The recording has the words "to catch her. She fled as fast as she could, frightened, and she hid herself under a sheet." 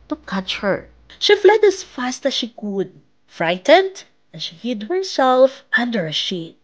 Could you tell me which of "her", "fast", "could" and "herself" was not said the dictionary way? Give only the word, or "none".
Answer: none